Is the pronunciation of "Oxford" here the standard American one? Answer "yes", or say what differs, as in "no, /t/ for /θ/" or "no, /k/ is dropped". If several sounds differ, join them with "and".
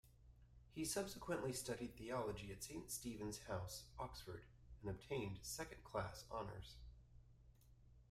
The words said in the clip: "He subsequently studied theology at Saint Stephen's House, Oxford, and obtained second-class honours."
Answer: yes